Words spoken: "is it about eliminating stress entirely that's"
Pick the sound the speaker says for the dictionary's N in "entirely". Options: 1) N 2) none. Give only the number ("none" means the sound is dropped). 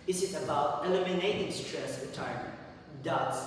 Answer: 2